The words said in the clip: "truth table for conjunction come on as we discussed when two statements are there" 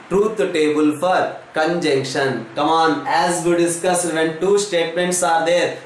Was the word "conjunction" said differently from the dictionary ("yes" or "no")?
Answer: no